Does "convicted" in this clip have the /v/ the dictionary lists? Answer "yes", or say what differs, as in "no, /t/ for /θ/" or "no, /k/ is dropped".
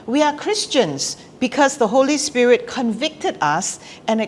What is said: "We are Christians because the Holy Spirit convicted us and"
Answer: yes